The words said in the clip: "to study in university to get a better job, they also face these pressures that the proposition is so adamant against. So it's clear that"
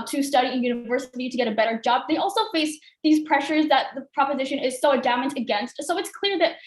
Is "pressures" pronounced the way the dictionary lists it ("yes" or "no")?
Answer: yes